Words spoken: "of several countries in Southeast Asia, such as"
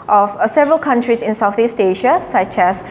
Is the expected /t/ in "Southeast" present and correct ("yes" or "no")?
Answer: yes